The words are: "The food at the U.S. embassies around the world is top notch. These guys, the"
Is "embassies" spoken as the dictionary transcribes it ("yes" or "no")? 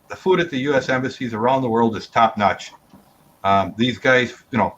yes